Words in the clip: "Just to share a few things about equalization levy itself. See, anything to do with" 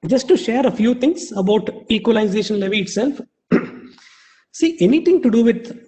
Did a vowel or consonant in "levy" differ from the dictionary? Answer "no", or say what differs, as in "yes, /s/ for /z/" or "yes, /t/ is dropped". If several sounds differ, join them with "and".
no